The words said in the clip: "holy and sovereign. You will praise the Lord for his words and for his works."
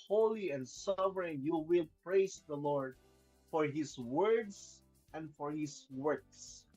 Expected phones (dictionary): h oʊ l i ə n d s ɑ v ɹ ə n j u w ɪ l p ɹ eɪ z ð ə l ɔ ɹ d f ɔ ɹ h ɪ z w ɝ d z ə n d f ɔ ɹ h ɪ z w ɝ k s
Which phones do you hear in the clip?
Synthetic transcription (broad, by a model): h oʊ l i ə n d s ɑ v ɹ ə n j u w ɪ l p ɹ eɪ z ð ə l ɔ ɹ d f ɔ ɹ h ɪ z w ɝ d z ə n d f ɔ ɹ h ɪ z w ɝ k s